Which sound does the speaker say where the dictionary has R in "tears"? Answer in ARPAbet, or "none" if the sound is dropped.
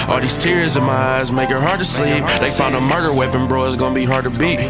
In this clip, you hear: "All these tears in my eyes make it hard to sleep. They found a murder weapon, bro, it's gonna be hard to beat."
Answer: R